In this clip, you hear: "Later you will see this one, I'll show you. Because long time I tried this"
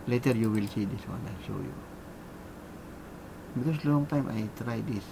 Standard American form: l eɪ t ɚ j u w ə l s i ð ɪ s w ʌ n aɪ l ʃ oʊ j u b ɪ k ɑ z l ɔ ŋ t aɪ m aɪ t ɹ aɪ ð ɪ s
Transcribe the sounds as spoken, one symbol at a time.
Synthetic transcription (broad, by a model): l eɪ t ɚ j u w ə l s i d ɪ s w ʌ n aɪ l ʃ oʊ j u b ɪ k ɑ s l ɔ ŋ t aɪ m aɪ t ɹ aɪ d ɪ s